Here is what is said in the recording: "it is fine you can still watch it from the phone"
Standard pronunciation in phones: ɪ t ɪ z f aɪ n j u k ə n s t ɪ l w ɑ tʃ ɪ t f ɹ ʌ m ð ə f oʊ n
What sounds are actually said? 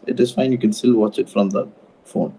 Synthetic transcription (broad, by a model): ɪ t ɪ z f aɪ n j u k ə n s t ɪ l w ɑ tʃ ɪ t f ɹ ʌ m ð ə f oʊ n